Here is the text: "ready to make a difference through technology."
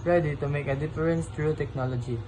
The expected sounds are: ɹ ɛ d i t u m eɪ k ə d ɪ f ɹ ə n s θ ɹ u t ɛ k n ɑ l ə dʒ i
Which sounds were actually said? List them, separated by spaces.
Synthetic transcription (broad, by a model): ɹ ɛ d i t u m eɪ k ə d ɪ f ɹ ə n s t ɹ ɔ t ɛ k n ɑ l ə dʒ i